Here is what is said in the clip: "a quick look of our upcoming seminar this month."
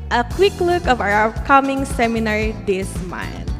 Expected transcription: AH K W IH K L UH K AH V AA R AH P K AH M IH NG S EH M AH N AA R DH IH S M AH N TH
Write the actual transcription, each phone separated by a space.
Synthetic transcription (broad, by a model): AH K W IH K L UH K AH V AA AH K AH M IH NG S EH M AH N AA R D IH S M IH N